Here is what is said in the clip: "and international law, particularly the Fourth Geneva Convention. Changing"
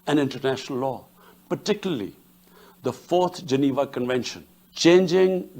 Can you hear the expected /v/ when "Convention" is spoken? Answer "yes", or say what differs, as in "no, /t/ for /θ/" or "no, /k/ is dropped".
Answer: yes